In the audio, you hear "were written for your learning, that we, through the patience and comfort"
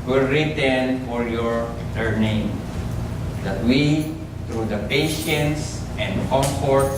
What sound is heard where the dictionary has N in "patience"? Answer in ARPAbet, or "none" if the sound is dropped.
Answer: N